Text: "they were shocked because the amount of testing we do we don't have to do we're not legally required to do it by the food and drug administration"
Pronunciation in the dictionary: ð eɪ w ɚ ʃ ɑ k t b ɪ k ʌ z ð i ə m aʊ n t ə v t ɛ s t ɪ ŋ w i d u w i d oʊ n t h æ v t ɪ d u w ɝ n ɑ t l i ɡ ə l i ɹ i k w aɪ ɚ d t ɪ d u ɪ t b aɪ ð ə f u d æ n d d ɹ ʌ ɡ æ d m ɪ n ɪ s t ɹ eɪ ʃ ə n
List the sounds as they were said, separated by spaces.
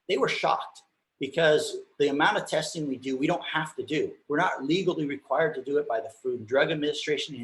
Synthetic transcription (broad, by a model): ð eɪ w ɚ ʃ ɑ k t b ɪ k ʌ z ð i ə m aʊ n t ə v t ɛ s t ɪ ŋ w i d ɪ w i d oʊ n t h æ f t ɪ d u w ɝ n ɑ t l i ɡ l i ɹ i k w aɪ ɚ d t ɪ d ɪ ɪ t b aɪ ð ə f u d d d ɹ ʌ ɡ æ d m ɪ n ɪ s t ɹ eɪ ʃ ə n